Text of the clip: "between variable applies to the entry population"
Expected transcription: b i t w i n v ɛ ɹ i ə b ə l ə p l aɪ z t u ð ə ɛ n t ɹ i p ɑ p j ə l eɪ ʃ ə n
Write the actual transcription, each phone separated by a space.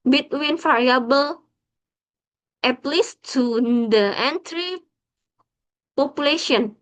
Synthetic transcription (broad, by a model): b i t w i n f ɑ ɹ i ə b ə l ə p l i s t u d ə ɛ n t ɹ i p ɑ p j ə l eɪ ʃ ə n